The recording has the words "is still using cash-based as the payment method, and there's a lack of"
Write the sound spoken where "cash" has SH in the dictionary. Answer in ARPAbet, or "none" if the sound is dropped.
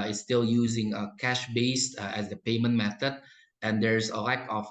SH